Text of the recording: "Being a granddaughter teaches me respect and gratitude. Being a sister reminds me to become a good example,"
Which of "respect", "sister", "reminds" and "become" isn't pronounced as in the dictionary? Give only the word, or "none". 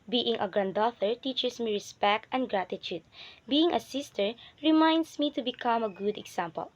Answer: reminds